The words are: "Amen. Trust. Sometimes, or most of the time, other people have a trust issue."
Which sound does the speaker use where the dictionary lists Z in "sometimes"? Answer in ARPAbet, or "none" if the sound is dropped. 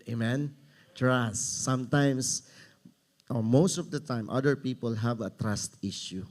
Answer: S